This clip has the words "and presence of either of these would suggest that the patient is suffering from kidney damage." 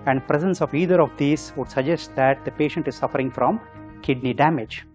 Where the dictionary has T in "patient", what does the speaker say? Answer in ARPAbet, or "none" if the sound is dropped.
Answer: T